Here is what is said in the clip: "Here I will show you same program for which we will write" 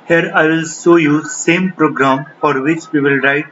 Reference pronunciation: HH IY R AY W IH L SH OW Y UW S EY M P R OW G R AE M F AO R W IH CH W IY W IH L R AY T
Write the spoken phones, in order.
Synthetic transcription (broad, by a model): HH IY R AY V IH L S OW Y UW S EY M P R OW G R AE M F AO R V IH CH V IY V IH L R AY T